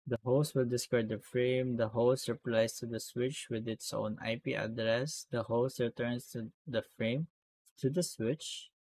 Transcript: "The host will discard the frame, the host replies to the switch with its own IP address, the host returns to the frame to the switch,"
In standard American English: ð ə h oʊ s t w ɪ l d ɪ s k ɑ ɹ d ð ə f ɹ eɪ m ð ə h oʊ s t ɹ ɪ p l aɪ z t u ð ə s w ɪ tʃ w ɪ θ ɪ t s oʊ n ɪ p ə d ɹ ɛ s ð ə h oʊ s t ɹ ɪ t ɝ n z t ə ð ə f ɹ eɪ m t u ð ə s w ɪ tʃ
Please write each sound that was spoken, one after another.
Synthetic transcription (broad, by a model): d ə h oʊ s t w ɪ l d ɪ s k ɑ ɹ d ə f ɹ eɪ m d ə h oʊ s t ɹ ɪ p l aɪ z t u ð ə s w ɪ tʃ w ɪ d ɪ t s oʊ n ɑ p ə d ɹ ɛ s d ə h oʊ s t ɹ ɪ t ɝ n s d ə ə f ɹ eɪ m t u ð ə s w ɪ tʃ